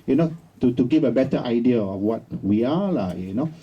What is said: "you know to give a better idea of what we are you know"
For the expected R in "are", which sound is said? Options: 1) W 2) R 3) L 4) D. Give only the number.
3